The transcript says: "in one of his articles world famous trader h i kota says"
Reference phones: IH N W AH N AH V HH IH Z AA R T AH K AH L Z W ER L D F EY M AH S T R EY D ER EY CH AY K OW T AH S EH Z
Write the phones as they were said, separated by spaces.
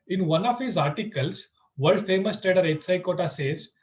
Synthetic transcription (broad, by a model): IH N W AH N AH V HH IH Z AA R T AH K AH L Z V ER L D F EY M AH S T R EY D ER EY S AY K OW T AH S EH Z